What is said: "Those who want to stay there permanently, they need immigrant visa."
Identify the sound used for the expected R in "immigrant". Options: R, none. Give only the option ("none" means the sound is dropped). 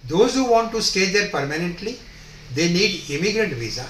R